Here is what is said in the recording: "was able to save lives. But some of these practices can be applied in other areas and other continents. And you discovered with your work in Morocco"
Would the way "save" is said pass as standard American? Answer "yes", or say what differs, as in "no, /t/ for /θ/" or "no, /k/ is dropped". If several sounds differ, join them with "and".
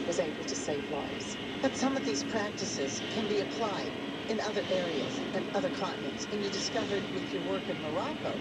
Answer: yes